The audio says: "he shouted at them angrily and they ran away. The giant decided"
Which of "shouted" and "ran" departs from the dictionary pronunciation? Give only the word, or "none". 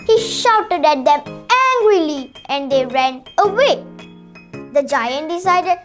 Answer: none